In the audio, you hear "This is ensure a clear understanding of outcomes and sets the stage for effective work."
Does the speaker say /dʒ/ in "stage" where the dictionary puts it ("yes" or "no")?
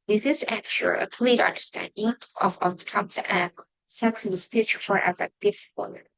no